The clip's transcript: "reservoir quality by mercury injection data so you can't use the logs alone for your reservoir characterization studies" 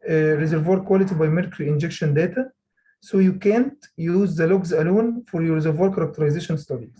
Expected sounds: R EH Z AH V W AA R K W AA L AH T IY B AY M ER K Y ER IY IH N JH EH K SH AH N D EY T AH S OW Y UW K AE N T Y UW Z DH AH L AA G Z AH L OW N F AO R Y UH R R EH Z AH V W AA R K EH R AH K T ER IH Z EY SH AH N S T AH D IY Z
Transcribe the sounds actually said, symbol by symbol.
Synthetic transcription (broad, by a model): R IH Z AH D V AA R K W AA L AH T IY B AY M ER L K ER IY IH N JH EH K SH AH N D EY T AH S OW Y UW K AE N T Y UW Z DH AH L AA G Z AH L OW N F AO R Y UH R R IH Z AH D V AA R K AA R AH K T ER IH Z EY SH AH N S T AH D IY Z